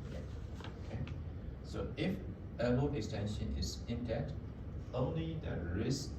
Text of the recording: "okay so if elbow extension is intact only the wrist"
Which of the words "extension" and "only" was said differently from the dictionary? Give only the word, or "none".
none